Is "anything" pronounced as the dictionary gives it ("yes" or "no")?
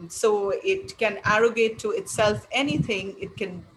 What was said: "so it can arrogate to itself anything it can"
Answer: no